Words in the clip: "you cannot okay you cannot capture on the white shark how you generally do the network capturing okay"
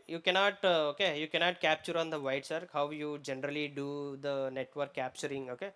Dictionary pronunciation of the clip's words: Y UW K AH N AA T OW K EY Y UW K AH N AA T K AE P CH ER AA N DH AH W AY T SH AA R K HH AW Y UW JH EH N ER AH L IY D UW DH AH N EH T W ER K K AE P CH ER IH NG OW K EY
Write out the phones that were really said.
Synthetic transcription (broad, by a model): Y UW K AH N AA T OW K EY Y UW K AH N AA T K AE P CH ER AA N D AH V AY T S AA R HH AW Y UW JH EH N ER AH L IY D UW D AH N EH T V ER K K AE P CH ER IH NG OW K EY